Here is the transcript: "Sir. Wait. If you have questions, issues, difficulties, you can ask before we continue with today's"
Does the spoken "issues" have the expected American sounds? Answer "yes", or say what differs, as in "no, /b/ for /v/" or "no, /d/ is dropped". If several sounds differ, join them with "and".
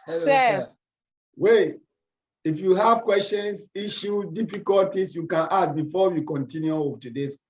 no, /z/ is dropped